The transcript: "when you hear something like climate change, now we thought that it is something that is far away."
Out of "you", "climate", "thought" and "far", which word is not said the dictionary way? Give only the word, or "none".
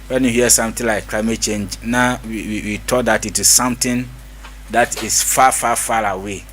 thought